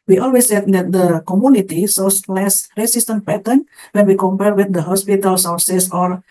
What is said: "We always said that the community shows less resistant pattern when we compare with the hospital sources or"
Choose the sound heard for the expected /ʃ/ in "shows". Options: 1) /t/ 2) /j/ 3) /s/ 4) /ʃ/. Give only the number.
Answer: 3